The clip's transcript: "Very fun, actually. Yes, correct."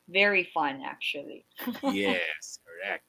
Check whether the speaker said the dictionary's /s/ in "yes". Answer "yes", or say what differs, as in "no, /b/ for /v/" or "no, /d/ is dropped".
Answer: yes